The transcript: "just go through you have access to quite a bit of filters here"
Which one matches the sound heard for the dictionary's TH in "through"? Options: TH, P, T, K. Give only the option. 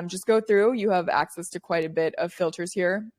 TH